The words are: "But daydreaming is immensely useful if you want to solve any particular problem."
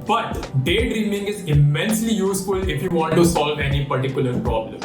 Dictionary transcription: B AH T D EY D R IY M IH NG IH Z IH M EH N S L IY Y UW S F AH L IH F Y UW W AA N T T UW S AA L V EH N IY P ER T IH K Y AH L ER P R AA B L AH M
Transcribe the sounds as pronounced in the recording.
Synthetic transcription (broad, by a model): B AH T D EY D R IY M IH NG IH Z IH M EH N S L IY Y UW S F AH L IH F Y UW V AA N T T UW S AA L V EH N IY P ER T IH K Y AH L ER P R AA B L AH M